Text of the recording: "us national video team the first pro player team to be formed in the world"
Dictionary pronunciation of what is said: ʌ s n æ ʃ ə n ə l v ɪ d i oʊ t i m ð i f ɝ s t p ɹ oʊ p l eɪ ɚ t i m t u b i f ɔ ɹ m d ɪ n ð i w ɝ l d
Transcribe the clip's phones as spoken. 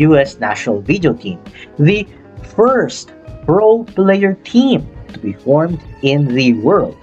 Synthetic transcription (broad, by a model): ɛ s n æ ʃ ə n ə l v ɪ d i oʊ t i m ð i f ɝ s t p ɹ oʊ p l eɪ ɚ t i m t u b i f ɔ ɹ m d ɪ n ð i w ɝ l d